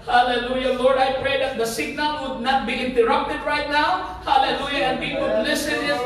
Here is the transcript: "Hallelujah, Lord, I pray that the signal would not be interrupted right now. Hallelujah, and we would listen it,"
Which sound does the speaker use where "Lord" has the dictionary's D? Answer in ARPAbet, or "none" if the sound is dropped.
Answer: D